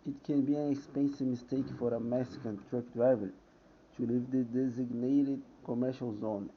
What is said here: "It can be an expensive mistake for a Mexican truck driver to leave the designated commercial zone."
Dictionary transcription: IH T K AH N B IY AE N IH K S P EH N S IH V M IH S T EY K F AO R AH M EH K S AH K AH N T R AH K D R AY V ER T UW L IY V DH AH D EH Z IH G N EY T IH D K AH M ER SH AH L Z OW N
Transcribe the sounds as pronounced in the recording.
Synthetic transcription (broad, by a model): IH T K AH N B IY AE N IH K S P EH N S IH V M IH S T EY K F AO R AH M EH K S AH K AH N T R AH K D R AY V ER T UW L IY V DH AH D EH Z IH G N EY T IH D K AH M ER SH AH L Z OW N